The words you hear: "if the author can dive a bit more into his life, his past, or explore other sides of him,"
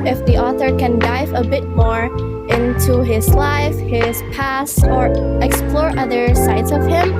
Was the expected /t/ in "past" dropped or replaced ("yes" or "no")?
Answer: yes